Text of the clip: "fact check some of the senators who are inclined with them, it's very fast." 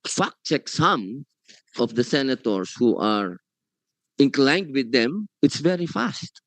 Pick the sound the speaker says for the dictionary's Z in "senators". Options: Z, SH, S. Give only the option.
S